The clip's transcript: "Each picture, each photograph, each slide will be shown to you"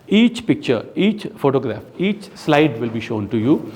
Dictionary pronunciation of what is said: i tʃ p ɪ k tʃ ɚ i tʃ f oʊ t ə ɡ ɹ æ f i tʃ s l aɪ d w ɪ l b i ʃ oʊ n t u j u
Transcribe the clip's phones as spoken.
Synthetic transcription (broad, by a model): i tʃ p ɪ k tʃ ɚ i tʃ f oʊ t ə ɡ ɹ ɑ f i tʃ s l aɪ d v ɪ l b i ʃ oʊ n t u j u